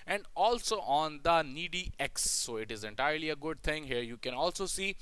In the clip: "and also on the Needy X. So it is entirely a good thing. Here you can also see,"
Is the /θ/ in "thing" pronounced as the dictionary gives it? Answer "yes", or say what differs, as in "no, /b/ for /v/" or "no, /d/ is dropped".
no, /t/ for /θ/